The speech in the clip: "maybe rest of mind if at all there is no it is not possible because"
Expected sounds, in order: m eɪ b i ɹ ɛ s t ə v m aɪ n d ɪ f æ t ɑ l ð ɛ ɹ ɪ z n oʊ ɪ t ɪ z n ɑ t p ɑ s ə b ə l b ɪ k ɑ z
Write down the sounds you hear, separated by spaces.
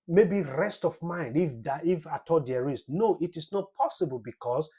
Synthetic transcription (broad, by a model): m eɪ b i ɹ ɛ s t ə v m aɪ n d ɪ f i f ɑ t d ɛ ɹ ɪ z n oʊ ɪ t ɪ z n ɑ t p ɑ s ə b ə l b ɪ k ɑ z